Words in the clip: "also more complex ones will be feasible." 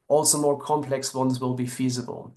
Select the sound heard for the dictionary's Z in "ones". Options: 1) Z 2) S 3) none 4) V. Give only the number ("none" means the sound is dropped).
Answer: 1